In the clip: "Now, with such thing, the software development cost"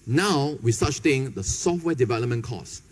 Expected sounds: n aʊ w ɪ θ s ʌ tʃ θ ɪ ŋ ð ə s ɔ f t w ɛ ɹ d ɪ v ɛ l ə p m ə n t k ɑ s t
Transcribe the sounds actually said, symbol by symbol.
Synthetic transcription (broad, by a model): n aʊ w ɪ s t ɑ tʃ s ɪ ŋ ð ə s ɔ f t w ɛ d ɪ v ɛ l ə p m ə n k ɑ s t